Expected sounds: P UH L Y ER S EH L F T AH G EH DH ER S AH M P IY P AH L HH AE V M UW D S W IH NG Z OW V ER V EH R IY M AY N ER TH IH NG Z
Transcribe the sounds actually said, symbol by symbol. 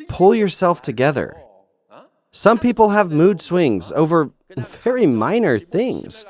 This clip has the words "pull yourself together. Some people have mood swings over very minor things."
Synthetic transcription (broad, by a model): P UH L Y ER S EH L F T AH G EH DH ER S AH M P IY P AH L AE V M UW D S W IH NG Z OW V ER V EH R IY M AY N ER TH IH NG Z